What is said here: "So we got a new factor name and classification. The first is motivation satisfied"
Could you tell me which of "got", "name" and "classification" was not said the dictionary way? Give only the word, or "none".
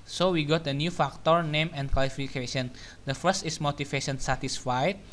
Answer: classification